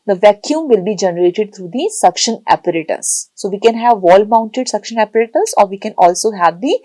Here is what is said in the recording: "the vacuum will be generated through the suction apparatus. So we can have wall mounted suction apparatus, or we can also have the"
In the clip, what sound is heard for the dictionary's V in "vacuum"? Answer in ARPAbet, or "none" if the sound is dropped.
V